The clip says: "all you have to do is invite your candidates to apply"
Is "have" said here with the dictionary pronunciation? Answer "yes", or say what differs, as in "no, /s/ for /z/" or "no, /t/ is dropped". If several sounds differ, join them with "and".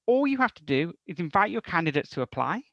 no, /f/ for /v/